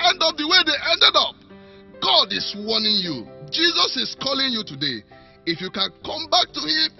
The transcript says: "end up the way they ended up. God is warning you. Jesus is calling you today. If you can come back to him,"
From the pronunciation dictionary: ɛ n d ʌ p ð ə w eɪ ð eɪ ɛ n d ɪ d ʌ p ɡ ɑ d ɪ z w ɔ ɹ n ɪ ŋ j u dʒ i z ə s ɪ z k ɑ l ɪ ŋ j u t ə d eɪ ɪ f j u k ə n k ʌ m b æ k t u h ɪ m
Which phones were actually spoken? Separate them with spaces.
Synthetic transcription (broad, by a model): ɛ n d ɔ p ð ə w eɪ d eɪ ɛ n d ɪ d ʌ p ɡ ɑ d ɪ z w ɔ n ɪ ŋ j u dʒ i z ə s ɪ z k ɑ l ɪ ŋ j u t ə d eɪ ɪ f j u k ə n k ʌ m b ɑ k t u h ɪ m